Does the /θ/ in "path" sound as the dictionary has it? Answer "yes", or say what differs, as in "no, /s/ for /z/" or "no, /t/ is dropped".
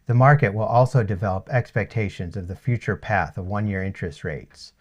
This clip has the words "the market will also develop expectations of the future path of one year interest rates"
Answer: yes